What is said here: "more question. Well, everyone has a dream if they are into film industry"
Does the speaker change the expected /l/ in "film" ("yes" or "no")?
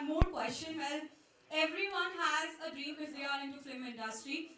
yes